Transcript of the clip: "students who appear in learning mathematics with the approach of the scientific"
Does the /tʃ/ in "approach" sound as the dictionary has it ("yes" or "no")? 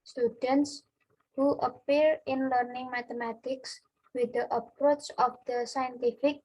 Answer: yes